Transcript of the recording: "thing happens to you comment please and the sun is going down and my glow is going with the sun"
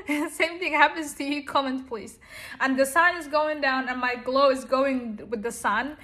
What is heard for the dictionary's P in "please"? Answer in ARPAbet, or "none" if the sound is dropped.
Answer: P